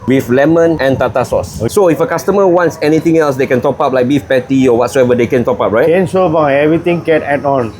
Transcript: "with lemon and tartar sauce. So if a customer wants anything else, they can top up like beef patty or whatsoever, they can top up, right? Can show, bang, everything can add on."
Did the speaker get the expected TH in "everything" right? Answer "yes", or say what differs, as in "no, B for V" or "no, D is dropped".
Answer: no, T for TH